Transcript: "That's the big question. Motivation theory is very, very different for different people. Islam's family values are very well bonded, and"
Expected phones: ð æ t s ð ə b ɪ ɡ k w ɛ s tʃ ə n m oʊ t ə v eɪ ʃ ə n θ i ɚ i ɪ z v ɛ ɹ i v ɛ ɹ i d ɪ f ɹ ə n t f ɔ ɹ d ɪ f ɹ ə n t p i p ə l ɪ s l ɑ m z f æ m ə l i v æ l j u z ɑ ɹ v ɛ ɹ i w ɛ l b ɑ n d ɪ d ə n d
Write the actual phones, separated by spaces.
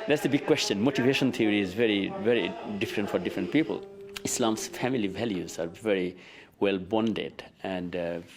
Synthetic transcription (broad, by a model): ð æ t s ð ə b ɪ ɡ k w ɛ s tʃ ə n m oʊ t ə v eɪ ʃ ə n t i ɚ i ɪ z v ɛ ɹ i v ɛ ɹ i d ɪ f ɹ ə n t f ɔ ɹ d ɪ f ɹ ə n t p i p ə l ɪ s l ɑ m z f æ m ə l i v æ l j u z ɑ ɹ v ɛ ɹ i w ɛ l b ɑ n d ɪ d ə n d